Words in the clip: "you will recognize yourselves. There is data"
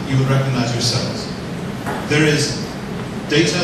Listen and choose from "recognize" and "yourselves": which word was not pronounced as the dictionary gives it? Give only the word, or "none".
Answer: none